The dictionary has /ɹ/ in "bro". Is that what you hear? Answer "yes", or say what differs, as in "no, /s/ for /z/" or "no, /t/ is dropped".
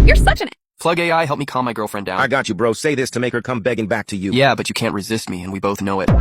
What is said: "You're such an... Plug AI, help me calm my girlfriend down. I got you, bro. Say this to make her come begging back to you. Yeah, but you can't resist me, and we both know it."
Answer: yes